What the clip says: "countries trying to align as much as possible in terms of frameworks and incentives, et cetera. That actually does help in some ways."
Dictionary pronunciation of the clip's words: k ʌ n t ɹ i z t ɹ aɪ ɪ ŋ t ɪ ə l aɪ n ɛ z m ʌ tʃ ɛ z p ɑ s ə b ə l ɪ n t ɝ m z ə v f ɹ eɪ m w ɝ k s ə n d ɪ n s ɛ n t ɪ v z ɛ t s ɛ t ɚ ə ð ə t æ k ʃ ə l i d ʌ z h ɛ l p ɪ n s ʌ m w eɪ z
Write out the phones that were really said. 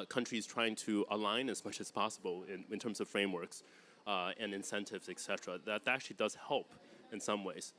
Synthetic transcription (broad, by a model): k ʌ n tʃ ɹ i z t ɹ aɪ ɪ ŋ t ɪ ə l aɪ n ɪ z m ʌ tʃ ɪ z p ɑ s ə b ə n ɪ n t ɝ m z ə v f ɹ eɪ m w ɝ k s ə n ɪ n s ɛ n t ɪ v z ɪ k s ɛ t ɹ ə ð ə t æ k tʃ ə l i d ʌ z h ɛ l p ɪ n s ʌ m w eɪ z